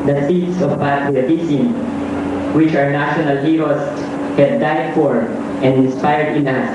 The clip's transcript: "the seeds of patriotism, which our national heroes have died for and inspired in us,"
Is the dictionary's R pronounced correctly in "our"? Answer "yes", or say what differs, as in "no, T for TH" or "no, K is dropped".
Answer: yes